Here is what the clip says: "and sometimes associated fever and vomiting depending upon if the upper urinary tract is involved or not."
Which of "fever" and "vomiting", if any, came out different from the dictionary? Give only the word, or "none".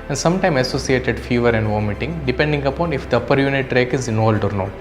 none